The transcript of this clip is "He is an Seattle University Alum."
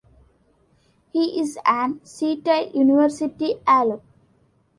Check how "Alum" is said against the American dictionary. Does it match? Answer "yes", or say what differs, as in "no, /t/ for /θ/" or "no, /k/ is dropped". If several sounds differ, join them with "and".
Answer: no, /m/ is dropped